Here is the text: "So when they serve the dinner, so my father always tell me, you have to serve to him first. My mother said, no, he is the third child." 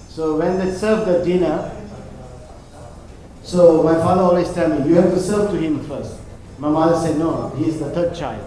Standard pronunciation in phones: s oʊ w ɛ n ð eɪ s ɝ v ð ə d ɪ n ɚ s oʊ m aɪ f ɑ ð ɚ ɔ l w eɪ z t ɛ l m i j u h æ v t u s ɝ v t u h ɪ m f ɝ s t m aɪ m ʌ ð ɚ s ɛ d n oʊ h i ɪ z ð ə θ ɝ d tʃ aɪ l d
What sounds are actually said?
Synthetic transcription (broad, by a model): s oʊ w ɛ n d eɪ s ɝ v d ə d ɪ n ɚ s oʊ m aɪ f ɑ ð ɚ ɔ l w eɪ s t ɛ l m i j u h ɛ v t u s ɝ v t u h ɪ m f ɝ s t m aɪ m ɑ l s ɛ d n oʊ h i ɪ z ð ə t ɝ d tʃ aɪ l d